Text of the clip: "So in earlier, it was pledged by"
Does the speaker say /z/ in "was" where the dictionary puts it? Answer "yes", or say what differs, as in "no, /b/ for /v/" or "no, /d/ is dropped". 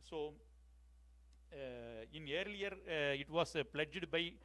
no, /s/ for /z/